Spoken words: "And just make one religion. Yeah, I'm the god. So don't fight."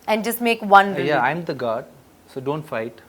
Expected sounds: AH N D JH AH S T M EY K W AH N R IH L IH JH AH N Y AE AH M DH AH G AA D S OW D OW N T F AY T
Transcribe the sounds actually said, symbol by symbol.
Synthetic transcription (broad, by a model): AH N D JH AH S T M EY K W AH N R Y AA AH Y AH M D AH G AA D S OW D OW N T F AY T